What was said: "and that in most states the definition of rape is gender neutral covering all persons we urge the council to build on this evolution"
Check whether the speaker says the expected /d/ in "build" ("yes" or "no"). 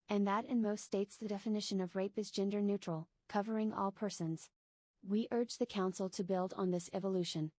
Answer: yes